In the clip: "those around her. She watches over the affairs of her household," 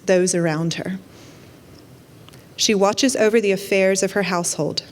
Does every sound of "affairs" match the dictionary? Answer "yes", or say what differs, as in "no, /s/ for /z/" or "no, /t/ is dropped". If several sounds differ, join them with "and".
yes